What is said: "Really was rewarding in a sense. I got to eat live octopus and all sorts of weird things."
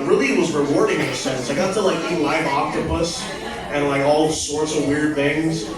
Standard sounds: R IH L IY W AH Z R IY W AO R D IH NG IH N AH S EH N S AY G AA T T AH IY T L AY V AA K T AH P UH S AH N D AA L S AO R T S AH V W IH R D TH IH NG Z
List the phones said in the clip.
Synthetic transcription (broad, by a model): R IH L IY W AH Z R IY W AO R D IH NG IH N AH S EH N S AY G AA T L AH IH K L AY V AA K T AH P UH S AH N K AA L S AO R T S AH V W IH R D TH IH NG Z